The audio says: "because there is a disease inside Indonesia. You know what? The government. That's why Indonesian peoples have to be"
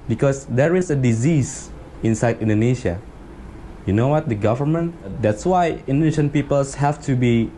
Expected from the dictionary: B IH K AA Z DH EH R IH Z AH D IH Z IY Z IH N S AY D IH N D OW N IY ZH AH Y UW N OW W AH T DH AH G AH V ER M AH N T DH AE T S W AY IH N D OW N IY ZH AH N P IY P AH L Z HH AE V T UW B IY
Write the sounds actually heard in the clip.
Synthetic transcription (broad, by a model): B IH K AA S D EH R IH S AH D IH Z IY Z IH N S AY D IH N D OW N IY SH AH Y UW N OW W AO T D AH G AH V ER M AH N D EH T S W AY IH N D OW N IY SH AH N P IY P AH L S HH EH F T UW B IY